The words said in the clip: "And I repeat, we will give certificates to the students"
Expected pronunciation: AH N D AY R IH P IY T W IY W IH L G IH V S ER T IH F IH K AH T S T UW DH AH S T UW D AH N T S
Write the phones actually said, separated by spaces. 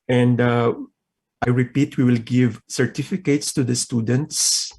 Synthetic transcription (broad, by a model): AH N D AY R IH P IY T W IY W IH L G IH V S ER T IH F IH K AH T S T UW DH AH S T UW D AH N T S